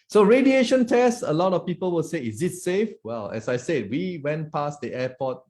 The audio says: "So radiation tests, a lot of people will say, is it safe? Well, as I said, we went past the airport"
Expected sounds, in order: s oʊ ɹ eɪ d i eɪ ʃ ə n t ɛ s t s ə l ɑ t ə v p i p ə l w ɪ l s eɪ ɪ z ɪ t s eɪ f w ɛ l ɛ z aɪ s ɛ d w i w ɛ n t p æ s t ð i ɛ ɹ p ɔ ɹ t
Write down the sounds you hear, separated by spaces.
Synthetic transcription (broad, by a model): s oʊ ɹ eɪ d i eɪ ʃ ə n t ɛ s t ə l ɑ t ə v p i p ə l w ɪ l s eɪ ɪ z ɪ t s eɪ f w ɛ l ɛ s aɪ s ɛ d w i w ɛ n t p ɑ s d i ɛ p ɔ t